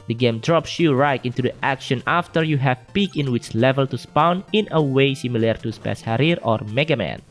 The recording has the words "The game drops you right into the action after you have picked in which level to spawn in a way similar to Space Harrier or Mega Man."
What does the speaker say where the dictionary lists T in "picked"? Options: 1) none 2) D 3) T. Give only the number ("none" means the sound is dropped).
1